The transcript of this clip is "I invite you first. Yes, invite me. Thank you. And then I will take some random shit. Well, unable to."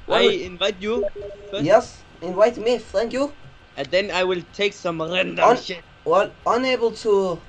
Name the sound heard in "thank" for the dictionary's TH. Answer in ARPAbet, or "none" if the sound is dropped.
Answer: F